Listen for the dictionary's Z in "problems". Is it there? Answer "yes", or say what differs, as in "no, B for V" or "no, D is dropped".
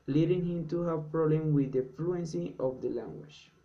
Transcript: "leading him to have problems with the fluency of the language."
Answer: no, Z is dropped